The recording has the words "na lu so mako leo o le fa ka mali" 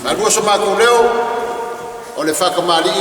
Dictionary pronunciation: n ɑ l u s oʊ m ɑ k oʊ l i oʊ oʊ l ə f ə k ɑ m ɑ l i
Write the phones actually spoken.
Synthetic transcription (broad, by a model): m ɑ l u s oʊ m ɑ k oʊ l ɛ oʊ oʊ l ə f ə k ɑ m ɑ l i